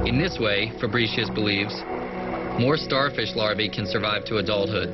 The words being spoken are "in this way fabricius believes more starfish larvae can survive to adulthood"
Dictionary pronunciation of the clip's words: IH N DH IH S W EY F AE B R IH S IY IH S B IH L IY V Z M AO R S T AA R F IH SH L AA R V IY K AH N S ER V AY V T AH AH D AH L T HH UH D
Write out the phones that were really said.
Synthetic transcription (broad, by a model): IH N DH IH S W EY F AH B R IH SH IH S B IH L IY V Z M AO R S T AA R F IH SH L AA R V IY K AH N S ER V AY V T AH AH D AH L T HH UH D